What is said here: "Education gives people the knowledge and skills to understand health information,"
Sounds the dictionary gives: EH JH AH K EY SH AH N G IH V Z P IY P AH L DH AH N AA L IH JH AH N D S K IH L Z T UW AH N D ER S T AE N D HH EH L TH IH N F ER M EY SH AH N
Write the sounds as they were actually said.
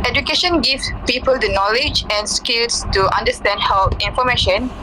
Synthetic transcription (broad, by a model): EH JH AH K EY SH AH N G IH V P IY P AH L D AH N AA L IH JH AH N S K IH L S T UW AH N D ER S T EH N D HH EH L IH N F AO M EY SH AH N